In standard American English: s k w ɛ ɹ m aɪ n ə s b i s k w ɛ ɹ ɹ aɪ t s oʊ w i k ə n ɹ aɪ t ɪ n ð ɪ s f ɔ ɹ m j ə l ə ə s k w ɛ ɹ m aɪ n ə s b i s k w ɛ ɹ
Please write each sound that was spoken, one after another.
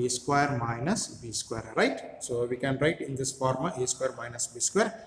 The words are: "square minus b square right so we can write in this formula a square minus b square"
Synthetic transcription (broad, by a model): s k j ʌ ɹ m aɪ n ə s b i s k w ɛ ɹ ɹ aɪ t s oʊ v i k ə n ɹ aɪ t ɪ n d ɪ s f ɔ ɹ m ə ə s k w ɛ ɹ m aɪ n ə s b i s k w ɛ ɹ